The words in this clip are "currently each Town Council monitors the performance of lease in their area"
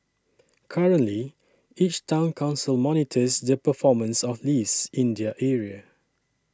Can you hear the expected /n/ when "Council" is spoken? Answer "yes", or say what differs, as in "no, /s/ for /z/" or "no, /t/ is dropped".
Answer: yes